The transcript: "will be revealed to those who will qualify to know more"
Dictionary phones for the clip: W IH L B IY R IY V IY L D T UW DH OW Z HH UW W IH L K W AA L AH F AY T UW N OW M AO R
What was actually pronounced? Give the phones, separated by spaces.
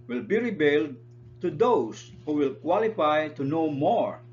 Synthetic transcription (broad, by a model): W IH L B IY R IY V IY L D T UW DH OW S HH UW W IH L K W AA L AH F AY T UW N OW M AO R